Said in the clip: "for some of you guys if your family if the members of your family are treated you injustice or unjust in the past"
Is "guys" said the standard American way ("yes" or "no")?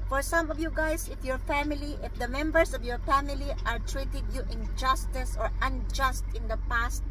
no